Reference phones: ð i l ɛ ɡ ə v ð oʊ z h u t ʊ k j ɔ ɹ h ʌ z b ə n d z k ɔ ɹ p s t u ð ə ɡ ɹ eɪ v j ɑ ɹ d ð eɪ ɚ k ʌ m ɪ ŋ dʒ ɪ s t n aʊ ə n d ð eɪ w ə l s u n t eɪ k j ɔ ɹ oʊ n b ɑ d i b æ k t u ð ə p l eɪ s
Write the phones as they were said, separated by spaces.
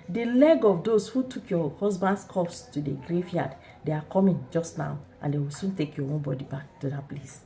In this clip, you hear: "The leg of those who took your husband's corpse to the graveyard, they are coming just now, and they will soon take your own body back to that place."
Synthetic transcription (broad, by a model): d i l ɛ ɡ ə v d oʊ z h u t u k j ɔ h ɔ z b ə n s k ɔ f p s t u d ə ɡ ɹ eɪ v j ɑ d d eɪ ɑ k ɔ m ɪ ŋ dʒ ɪ s t n aʊ ə n d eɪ w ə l s u n t eɪ k j ɔ oʊ n b ɑ d i b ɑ k t u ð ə p l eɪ s